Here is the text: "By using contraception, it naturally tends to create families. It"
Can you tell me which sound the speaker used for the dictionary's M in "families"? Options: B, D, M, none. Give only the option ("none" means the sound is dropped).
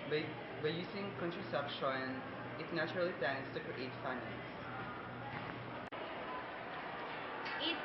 none